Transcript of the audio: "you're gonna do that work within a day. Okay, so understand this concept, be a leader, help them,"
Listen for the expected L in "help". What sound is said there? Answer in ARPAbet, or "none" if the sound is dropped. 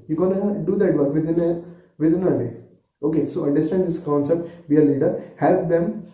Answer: L